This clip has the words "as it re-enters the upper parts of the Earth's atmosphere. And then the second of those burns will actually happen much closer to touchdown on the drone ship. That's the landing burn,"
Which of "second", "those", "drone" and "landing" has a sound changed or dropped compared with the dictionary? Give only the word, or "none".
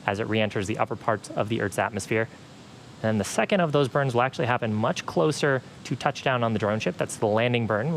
none